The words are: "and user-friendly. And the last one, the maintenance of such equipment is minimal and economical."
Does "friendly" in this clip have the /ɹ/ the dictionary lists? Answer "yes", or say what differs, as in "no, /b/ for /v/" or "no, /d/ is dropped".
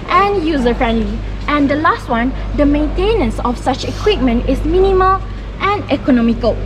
yes